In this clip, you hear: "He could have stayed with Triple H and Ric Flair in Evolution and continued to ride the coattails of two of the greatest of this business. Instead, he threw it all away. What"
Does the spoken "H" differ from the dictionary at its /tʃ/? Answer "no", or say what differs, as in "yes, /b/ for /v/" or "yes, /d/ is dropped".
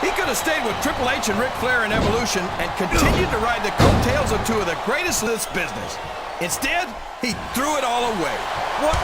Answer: yes, /ʃ/ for /tʃ/